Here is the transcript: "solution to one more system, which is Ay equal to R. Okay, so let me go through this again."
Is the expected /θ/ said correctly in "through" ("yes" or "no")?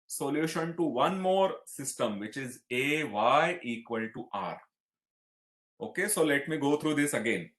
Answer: no